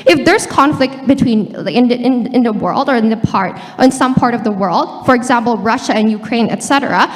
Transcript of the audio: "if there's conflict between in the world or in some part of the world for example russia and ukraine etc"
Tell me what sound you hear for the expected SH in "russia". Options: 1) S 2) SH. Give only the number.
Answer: 2